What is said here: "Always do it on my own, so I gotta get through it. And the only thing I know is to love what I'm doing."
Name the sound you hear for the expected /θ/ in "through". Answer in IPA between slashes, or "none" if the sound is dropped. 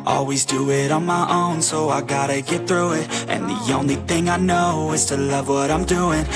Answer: /θ/